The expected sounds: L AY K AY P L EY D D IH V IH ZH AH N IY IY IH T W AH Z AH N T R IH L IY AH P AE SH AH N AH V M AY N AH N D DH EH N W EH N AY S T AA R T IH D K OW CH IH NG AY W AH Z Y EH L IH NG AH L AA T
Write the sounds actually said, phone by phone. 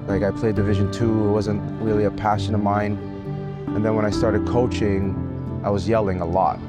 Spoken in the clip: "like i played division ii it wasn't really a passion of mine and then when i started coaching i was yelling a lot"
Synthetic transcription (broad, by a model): L AY K AY P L EY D D IH V IH ZH AH N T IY IH T W AH Z AH N T R IH L IY AH P AE SH AH N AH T M AY N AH N DH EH N W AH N AY S T AA R T IH D K OW CH IH NG AY W AH Z Y EH L IH NG AH L AA T